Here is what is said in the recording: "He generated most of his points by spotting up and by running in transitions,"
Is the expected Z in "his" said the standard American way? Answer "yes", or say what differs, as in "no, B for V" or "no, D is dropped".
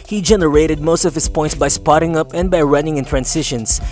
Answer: no, S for Z